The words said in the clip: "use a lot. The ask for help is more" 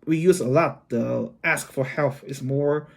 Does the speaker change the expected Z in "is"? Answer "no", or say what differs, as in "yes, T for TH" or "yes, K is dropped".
yes, S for Z